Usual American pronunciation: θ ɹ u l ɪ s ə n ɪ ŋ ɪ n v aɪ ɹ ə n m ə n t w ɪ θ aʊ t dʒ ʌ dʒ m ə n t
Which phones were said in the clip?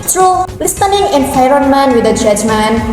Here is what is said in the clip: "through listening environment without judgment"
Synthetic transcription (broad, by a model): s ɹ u l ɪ s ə n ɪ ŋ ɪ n f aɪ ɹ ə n m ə n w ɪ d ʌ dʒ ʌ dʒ m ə n